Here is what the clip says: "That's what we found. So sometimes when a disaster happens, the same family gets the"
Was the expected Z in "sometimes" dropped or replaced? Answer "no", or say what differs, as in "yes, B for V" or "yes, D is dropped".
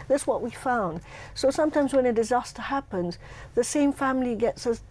no